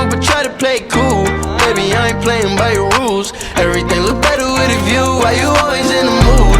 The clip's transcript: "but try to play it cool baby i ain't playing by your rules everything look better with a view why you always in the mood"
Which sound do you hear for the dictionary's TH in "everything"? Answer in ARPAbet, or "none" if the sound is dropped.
TH